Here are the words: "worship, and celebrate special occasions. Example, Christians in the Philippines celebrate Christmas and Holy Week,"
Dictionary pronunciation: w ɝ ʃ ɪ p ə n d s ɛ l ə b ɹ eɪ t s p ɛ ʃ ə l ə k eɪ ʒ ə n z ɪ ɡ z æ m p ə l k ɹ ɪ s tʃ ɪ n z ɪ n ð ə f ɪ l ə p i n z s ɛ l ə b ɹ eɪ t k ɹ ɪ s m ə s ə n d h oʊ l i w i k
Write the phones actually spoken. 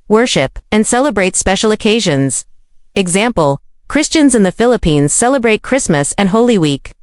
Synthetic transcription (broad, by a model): w ɝ ʃ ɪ p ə n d s ɛ l ə b ɹ eɪ t s p ɛ ʃ l ə k eɪ ʒ ə n z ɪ ɡ z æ m p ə l k ɹ ɪ s tʃ ɪ n z ɪ n ð ə f ɪ l ə p i n z s ɛ l ə b ɹ eɪ t k ɹ ɪ s m ə s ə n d h oʊ l i w i k